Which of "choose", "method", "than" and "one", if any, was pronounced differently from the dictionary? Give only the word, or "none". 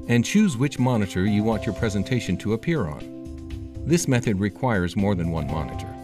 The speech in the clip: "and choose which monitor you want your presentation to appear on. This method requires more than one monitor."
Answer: none